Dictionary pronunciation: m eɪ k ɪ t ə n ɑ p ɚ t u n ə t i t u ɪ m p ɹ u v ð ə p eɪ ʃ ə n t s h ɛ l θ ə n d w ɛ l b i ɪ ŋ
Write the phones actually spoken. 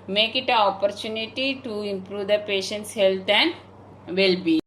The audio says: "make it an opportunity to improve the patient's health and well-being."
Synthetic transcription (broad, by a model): m eɪ k ɪ t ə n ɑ p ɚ t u n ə t i t u ɪ m p ɹ u v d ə p eɪ ʃ ə n t s h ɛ l t ə n d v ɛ l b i